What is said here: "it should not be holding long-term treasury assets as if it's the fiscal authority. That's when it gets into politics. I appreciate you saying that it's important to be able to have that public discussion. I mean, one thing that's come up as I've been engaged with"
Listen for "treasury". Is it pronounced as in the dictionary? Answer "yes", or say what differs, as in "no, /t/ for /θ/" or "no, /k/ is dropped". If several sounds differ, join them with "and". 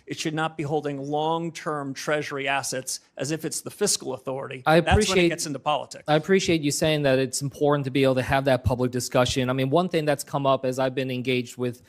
yes